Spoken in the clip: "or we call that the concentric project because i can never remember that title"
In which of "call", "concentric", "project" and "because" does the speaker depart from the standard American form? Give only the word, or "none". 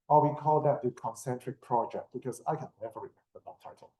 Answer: because